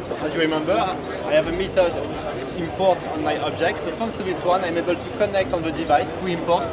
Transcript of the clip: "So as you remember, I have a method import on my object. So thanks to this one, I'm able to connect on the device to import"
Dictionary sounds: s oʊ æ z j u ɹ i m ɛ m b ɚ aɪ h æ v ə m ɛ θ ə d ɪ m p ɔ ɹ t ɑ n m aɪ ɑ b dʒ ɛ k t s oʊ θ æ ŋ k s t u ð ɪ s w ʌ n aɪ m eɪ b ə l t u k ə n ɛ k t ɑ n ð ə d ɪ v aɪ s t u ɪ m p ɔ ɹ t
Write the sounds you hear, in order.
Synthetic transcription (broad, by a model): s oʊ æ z j u ɹ i m ɛ m b ɚ aɪ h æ v ə m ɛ t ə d ɪ m p ɔ ɹ t ɑ n m aɪ ɑ b dʒ ɛ k t s oʊ f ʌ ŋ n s t u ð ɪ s w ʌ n aɪ m eɪ b ə l t u k ə n ɛ k t ɑ n ð ə d ɪ v aɪ s t u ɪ m p ɔ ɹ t